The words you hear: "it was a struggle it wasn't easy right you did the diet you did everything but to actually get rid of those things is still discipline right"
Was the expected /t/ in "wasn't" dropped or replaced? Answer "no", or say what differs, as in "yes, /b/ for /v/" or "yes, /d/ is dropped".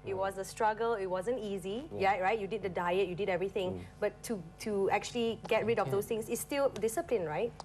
no